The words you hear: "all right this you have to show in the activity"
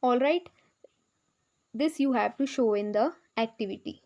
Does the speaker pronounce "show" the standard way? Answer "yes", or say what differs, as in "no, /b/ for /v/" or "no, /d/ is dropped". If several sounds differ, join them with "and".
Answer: yes